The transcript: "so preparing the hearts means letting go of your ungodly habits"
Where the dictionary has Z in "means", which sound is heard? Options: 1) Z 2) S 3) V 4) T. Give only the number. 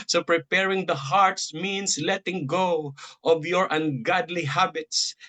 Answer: 2